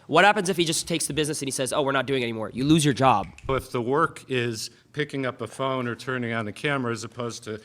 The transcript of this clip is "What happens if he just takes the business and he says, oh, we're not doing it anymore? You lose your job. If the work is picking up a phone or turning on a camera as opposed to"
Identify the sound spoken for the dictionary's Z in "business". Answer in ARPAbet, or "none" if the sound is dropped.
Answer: Z